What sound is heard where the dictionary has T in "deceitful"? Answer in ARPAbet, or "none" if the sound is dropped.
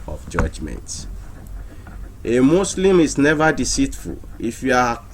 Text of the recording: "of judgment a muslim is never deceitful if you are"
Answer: T